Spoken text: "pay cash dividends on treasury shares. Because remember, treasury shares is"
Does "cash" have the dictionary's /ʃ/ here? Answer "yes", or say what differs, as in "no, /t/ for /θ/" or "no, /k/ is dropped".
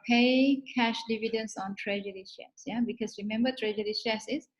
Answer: yes